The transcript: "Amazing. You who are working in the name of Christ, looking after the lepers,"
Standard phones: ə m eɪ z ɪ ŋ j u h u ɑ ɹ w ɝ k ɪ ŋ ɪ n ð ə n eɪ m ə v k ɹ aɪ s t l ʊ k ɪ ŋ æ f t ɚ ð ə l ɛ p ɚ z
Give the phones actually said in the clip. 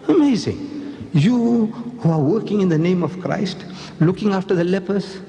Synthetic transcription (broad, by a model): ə m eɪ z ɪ ŋ j u h u ɑ ɹ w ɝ k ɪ ŋ ɪ n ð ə n eɪ m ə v k ɹ aɪ s t l ʊ k ɪ ŋ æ f t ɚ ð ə l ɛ p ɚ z